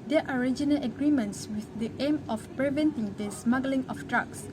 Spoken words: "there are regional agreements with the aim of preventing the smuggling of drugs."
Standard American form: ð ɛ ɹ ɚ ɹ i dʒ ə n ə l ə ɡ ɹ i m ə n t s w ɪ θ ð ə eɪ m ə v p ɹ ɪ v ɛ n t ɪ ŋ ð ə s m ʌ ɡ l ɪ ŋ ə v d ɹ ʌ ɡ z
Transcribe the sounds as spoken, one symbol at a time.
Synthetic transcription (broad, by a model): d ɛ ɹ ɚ ɹ i dʒ ə n ə l ə ɡ ɹ i m ə n t s w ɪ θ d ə eɪ m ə f p ɹ ɪ v ɛ n t ɪ ŋ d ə s m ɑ ɡ l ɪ ŋ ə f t ɹ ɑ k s